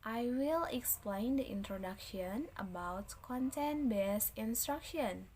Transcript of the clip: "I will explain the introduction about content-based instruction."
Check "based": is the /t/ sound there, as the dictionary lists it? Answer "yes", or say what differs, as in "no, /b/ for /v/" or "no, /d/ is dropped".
no, /t/ is dropped